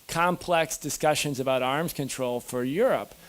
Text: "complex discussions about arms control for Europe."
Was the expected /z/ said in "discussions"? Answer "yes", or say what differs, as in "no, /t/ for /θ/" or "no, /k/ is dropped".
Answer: yes